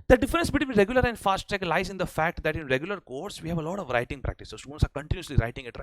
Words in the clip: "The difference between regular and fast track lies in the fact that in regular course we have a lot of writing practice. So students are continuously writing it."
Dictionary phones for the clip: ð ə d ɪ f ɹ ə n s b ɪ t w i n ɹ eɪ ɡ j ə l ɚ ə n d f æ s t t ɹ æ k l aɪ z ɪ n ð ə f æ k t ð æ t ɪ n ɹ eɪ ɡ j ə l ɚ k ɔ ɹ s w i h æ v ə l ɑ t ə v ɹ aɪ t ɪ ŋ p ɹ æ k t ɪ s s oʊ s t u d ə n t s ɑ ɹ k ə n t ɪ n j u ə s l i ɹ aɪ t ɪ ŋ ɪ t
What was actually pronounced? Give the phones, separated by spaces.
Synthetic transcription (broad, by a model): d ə d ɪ f ɹ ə n s b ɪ t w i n ɹ eɪ ɡ j ə l ɚ ə n d f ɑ s t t ɛ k l aɪ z ɪ n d ə f æ k t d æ t ɪ n ɹ eɪ ɡ j ə l ɚ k ɔ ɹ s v i h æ v ə l ɑ t ə v ɹ aɪ t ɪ ŋ p ɹ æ k t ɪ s s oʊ s t u d ə n t s ɑ ɹ k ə n t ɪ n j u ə s l i ɹ aɪ t ɪ ŋ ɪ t